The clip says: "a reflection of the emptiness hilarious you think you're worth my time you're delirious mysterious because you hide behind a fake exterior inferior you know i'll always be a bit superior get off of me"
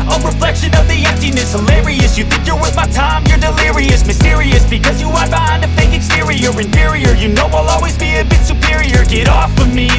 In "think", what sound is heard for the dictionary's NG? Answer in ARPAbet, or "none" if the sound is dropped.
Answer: NG